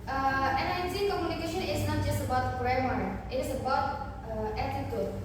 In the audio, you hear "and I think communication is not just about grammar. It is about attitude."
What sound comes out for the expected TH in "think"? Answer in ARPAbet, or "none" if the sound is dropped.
S